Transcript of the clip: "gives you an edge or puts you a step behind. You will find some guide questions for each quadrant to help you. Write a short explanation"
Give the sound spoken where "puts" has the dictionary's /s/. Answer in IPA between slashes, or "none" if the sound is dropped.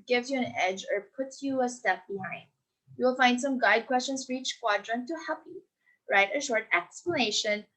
none